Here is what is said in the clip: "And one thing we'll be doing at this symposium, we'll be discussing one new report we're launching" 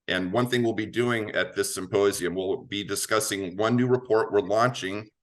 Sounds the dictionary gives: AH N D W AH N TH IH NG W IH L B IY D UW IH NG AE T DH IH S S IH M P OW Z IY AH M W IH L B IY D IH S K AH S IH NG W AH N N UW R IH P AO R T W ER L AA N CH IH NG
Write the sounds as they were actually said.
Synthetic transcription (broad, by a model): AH N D W AH N TH IH NG W IH L B IY D UW IH NG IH T DH IH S S IH M P OW Z IY AH M W IH L B IY D IH S K AH S IH NG W AH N N UW R IH P AO R T W ER L AA N CH IH NG